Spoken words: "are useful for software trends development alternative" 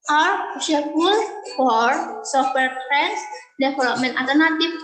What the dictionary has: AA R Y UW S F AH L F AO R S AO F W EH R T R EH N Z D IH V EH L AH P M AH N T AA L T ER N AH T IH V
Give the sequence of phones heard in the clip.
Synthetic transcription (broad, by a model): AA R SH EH F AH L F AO R S AO F W EH R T R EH N S D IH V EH L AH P M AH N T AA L T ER N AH T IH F